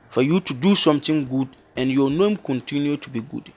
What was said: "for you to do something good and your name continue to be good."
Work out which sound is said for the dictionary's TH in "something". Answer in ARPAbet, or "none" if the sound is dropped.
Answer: T